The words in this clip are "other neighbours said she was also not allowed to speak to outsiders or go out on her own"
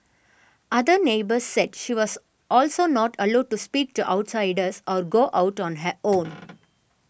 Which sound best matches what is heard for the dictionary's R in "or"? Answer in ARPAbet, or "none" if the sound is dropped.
R